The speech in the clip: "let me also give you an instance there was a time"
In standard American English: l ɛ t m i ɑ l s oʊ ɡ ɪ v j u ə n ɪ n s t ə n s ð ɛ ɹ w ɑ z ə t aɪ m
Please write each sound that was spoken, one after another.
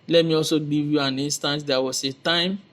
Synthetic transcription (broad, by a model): l ɛ t m i ɑ l s oʊ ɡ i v j u ə n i n s t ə n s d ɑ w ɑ s ə t aɪ m